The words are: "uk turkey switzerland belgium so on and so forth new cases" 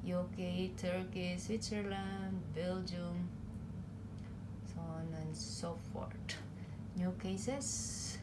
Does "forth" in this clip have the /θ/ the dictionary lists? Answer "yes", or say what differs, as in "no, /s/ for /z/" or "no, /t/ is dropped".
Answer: no, /t/ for /θ/